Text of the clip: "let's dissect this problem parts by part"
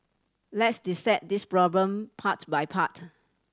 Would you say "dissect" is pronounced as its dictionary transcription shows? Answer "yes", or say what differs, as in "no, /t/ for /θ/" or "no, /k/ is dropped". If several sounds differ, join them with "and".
no, /k/ is dropped